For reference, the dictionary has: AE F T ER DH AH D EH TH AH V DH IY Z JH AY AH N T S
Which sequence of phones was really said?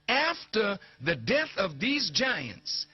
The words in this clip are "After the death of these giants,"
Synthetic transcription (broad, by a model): AE F T ER DH AH D EH TH AH V DH IY Z JH AY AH N T S